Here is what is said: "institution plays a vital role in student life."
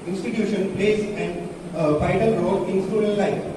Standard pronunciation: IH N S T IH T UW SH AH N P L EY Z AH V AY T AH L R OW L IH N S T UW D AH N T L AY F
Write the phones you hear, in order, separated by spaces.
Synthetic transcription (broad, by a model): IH N S T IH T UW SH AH N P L EY S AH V AY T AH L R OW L IH N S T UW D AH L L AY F